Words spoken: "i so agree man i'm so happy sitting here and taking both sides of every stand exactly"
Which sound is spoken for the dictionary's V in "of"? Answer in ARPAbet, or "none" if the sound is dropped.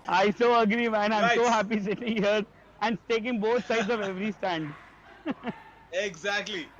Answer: V